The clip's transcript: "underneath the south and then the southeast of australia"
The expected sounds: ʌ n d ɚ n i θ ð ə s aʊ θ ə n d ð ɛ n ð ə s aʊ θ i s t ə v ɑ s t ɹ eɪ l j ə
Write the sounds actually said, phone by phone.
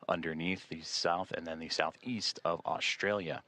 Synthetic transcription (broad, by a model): ʌ n d ɚ n i θ ð ə s aʊ θ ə n ð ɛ n ð ə s aʊ θ i s t ə v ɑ s t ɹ eɪ l j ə